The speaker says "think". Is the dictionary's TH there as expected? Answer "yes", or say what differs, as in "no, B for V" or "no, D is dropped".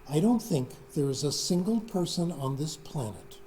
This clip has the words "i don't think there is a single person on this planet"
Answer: yes